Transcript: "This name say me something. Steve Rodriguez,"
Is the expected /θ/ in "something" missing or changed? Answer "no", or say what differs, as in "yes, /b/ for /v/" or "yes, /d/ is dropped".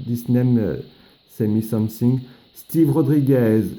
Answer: yes, /s/ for /θ/